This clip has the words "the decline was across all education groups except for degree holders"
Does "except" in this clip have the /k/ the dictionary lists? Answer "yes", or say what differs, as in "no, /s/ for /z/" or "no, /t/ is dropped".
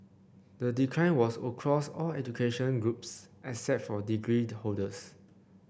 no, /k/ is dropped